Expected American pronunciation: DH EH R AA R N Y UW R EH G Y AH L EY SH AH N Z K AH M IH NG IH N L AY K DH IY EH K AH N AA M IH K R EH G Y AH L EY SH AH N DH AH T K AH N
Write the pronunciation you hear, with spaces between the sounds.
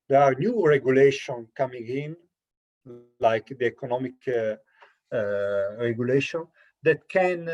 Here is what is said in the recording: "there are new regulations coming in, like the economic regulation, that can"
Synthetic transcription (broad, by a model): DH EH R AA R N Y UW R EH G Y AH L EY SH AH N K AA M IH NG IH N L AY K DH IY EH K AH N AA M IH K R EH G Y AH L EY SH AH N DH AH T K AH N